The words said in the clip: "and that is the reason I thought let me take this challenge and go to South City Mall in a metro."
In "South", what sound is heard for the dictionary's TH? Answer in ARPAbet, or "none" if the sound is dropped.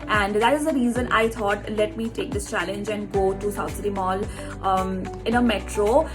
T